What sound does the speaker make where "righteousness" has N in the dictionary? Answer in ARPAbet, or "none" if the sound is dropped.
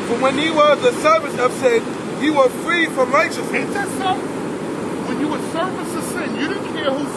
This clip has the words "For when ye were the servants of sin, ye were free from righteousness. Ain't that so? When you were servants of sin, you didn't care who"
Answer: none